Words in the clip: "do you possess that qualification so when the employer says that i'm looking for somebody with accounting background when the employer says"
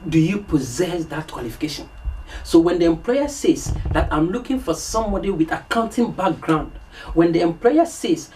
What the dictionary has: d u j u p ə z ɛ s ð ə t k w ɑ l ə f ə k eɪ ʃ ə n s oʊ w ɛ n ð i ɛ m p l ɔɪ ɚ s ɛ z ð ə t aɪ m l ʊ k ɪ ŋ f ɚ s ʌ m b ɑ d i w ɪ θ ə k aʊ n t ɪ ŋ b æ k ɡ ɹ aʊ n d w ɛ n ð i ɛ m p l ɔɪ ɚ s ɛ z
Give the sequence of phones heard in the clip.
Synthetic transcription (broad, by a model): d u j u p ə z ɛ s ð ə t k w ɑ l ə f ə k eɪ ʃ ə n s oʊ w ɛ n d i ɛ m p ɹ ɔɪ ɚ s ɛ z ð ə t aɪ m l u k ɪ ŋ f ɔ s ʌ m b ɑ d i w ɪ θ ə k aʊ n t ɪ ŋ b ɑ k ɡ ɹ aʊ n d w ɛ n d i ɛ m p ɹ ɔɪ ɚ s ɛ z